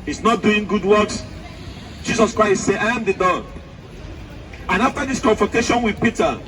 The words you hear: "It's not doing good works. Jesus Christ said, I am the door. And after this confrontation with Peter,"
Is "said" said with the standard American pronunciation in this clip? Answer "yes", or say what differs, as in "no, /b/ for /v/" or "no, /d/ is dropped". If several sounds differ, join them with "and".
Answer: no, /d/ is dropped